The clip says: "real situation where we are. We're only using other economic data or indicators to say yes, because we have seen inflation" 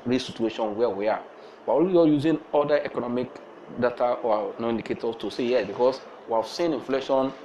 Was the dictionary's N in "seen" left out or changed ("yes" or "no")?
no